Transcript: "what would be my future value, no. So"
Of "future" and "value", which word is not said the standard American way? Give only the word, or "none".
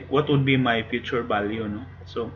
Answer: value